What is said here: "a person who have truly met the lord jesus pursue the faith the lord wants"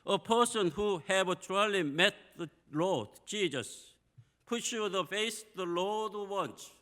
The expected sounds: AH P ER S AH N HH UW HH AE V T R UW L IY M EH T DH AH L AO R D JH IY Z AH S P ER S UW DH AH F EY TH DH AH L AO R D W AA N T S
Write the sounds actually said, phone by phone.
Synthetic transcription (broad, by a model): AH P ER S AH N HH UW HH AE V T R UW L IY M EH T DH AH L AO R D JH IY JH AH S P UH SH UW DH AH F EY S DH AH L AO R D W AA N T